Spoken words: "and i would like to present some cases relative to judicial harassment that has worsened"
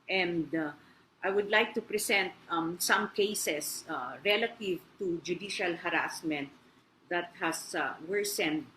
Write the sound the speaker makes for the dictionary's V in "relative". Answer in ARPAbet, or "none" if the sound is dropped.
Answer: V